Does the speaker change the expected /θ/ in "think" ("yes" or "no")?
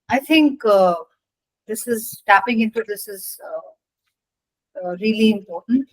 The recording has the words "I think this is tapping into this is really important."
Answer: yes